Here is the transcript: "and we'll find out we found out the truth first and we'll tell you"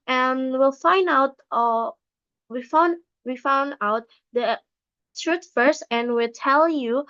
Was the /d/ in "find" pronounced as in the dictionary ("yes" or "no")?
yes